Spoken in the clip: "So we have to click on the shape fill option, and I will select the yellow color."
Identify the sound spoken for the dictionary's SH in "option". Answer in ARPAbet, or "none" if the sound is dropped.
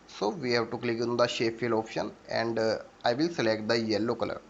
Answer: SH